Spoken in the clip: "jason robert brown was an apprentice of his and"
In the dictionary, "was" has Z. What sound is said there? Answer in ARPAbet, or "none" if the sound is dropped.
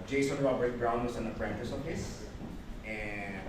S